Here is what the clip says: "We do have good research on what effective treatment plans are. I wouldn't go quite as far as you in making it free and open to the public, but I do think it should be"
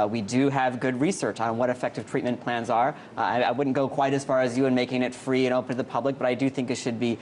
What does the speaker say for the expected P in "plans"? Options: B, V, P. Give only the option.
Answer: P